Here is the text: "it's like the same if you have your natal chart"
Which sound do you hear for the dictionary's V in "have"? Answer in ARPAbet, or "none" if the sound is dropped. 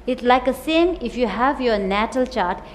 V